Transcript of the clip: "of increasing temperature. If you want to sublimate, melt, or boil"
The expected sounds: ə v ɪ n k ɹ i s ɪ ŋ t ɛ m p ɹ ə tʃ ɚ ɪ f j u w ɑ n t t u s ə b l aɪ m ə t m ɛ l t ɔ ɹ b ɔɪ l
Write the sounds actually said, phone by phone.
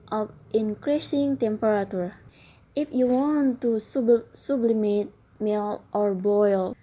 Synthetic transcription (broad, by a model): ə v ɪ n k ɹ i s ɪ ŋ t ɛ m p ɹ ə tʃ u ɪ f j u w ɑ n t s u s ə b l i m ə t m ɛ l t ɔ ɹ b ɔɪ l